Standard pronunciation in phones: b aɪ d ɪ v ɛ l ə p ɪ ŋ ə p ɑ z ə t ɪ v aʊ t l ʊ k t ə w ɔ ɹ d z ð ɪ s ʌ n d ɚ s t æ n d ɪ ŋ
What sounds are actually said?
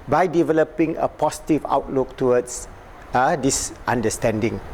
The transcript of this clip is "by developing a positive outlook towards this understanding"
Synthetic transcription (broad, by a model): b aɪ d ɪ v ɛ l ə p ɪ ŋ ə p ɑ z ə t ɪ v aʊ t l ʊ k t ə w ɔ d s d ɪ s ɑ n d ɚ s t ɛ n d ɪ ŋ